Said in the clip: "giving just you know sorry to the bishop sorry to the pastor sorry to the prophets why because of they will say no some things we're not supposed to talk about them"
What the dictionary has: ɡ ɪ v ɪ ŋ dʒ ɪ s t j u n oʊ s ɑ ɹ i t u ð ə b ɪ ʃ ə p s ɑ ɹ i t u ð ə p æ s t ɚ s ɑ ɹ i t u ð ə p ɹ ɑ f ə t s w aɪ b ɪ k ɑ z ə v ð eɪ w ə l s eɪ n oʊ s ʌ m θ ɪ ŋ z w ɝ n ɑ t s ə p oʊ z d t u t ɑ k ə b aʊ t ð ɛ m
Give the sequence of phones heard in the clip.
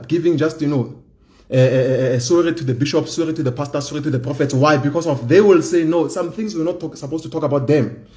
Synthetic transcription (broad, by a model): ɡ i v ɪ ŋ dʒ ɪ s t j u n oʊ s ɑ ɹ i t u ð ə b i ʃ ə p s ɑ ɹ i t u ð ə p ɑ s t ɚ s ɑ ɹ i t u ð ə p ɹ ɑ f ə t s w aɪ b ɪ k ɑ s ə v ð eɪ w ə l s eɪ n oʊ s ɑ m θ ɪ ŋ s w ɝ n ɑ t s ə p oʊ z t u t ɑ k ə b aʊ t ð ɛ m